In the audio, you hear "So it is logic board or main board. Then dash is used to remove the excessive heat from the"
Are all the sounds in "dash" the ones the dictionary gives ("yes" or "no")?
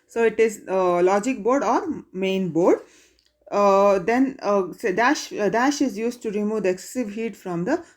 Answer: yes